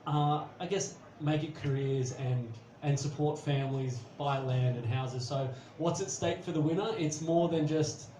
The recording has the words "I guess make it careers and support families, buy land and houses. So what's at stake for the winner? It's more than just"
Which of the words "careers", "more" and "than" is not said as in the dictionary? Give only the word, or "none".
none